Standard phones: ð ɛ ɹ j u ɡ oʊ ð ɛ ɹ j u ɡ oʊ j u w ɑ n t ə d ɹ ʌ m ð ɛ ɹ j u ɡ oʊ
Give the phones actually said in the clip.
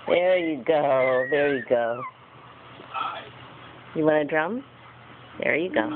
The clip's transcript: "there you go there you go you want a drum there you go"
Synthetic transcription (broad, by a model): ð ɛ ɹ j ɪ ɡ oʊ ð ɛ ɹ j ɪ ɡ oʊ j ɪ w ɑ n ə d ɹ ʌ m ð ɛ ɹ j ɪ ɡ oʊ